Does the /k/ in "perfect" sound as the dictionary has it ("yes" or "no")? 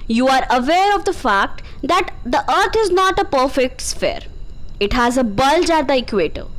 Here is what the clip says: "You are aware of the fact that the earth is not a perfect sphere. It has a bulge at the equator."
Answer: yes